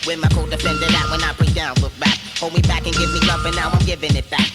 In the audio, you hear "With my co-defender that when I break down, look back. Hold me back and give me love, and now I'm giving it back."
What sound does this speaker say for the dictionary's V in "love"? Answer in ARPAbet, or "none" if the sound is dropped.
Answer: F